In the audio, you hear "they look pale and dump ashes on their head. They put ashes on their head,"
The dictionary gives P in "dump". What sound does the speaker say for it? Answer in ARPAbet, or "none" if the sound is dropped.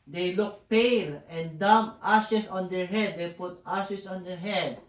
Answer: none